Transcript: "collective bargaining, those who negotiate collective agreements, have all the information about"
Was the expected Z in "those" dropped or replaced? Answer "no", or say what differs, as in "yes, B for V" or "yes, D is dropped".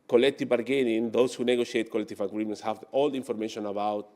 yes, S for Z